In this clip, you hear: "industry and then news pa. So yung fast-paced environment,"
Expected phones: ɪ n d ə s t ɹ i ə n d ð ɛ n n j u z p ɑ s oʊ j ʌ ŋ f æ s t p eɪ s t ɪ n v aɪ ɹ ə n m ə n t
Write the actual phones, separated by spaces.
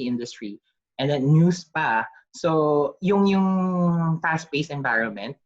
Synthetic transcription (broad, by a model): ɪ n d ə s t ɹ i ə n d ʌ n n j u s p ɑ s oʊ j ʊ ŋ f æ s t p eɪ s ɪ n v aɪ ɹ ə n m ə n t